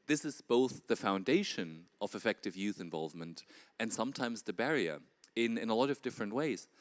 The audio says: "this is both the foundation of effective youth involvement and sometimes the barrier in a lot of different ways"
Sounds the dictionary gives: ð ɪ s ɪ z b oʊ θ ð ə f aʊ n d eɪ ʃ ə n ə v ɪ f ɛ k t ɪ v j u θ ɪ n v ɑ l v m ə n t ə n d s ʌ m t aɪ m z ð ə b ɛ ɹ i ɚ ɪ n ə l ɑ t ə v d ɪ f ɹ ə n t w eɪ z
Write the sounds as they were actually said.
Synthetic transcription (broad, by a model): ð ɪ s ɪ z b oʊ θ ð ə f aʊ n d eɪ ʃ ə n ə v ɪ f ɛ k t ɪ v j u θ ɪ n v ɑ l v m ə n t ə n s ʌ m t aɪ m z ð ə b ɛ ɹ i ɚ ɪ n ə l ɑ t ə v d ɪ f ɹ ə n t w eɪ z